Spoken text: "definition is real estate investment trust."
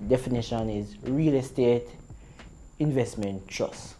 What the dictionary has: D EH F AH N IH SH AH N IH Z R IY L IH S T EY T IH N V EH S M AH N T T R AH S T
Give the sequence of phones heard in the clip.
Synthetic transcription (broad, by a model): D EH F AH N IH SH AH N IH Z R IY L IH S T EY T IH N V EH S M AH N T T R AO S